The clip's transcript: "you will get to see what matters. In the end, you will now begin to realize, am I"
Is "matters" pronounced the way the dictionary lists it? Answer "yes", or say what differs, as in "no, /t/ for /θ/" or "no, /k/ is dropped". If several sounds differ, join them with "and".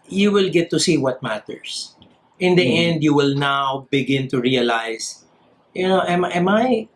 no, /s/ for /z/